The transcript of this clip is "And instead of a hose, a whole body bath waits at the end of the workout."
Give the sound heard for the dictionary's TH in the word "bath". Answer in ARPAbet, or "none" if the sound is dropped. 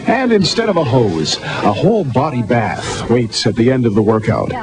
TH